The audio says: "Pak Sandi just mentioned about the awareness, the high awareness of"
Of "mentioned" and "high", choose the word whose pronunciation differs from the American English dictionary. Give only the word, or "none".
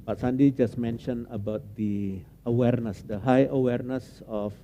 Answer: mentioned